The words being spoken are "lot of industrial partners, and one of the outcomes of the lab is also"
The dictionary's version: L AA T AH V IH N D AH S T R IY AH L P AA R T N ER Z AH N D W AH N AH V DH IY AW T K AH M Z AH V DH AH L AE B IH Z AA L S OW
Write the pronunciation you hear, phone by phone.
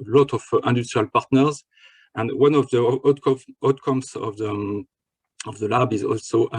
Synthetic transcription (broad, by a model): L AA T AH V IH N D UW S T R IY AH L P AA R T N ER Z AH N D W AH N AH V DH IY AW T K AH M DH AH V DH AH L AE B IH Z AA L S OW